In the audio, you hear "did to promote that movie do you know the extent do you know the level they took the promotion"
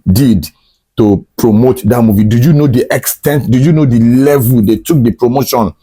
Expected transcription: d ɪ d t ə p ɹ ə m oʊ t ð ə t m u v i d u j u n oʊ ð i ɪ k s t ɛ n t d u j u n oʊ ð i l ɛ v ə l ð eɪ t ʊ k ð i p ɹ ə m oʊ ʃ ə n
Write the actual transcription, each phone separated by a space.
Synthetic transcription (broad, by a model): d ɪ d t ə p ɹ ə m oʊ t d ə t m u v i d u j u n oʊ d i ɪ k s t ɛ n t d u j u n oʊ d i l ɛ v ə l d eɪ t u k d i p ɹ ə m oʊ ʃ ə n